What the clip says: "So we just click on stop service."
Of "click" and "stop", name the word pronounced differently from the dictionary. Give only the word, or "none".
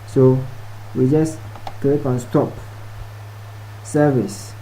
click